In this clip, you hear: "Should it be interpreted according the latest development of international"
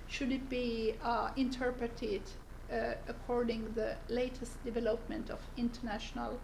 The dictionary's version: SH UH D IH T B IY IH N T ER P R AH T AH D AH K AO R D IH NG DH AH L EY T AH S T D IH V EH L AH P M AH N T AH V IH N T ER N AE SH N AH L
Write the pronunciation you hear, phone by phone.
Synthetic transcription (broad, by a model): SH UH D IH T B IY IH N T ER P R AH T AH D AH K AO R D IH NG DH AH L EY T AH S T D IH V EH L AH P M AH N T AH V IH N T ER N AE SH N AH L